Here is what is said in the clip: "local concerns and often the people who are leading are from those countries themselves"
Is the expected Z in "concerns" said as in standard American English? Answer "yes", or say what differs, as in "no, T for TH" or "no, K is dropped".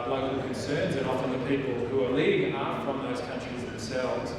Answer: yes